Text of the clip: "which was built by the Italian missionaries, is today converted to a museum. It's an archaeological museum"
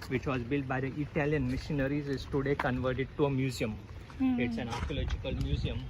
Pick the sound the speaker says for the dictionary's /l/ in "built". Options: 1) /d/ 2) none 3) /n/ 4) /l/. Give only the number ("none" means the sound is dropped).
4